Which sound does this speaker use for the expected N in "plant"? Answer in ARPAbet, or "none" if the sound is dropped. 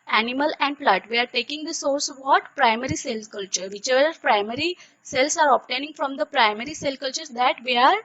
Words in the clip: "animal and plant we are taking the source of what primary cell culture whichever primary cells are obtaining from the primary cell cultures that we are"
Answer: none